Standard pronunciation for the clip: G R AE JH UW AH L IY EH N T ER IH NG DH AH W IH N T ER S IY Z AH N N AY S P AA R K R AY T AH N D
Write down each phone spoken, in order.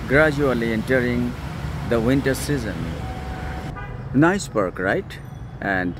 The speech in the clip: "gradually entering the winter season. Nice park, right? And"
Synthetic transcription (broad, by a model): G R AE JH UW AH L IY EH N T ER IH NG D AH W IH N T ER S IY Z AH N N AY S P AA R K R AY T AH N D